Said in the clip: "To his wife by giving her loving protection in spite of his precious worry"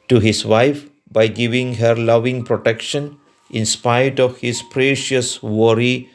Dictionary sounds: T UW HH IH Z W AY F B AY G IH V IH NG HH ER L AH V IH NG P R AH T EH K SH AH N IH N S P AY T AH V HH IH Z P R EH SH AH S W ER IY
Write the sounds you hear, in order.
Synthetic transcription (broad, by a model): T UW HH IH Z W AY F B AY G IH V IH NG HH ER L AH V IH NG P R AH T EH K SH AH N IH N S P AY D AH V HH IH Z P R EH SH AH S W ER IY